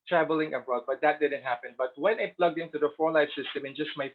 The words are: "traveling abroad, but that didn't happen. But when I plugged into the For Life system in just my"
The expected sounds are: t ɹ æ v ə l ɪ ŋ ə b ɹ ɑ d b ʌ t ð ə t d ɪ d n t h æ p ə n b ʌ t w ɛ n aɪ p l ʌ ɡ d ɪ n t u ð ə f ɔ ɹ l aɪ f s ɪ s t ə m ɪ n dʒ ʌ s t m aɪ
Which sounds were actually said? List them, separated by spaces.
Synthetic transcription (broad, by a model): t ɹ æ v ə l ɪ ŋ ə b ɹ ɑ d b ʌ t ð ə t d ɪ d n t h æ p ə n b ʌ t w ɛ n aɪ p l ʌ ɡ d ɪ n t u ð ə f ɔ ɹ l aɪ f s ɪ s t ə m ɪ n dʒ ʌ s t m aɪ